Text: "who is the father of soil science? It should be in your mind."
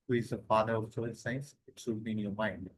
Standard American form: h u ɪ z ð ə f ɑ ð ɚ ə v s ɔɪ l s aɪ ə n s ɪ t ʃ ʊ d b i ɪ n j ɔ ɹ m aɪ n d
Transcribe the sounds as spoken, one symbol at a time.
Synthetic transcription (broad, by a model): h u ɪ z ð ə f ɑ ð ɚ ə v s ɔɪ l s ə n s ɪ t s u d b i ɪ n j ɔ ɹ m aɪ n d